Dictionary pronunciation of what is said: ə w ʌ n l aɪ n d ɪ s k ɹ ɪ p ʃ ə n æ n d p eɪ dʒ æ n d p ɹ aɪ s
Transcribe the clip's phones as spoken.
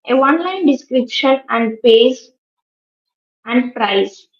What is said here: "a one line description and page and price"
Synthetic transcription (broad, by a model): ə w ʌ n l aɪ n d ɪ s k ɹ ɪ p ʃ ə n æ n d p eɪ z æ n d p ɹ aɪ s